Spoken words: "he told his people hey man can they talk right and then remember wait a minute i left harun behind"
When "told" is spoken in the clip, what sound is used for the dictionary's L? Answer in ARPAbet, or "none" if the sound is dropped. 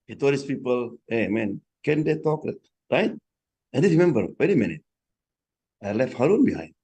none